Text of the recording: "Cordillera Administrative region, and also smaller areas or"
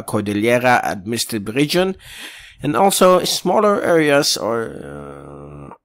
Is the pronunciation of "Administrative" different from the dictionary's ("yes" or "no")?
yes